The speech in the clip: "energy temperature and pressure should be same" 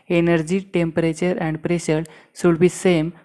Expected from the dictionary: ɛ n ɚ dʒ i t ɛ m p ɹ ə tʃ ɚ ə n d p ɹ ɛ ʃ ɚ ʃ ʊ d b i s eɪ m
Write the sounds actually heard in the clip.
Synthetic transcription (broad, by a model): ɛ n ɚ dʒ i t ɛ m p ɹ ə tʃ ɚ ə n d p ɹ ɛ ʃ ɚ s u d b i s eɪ m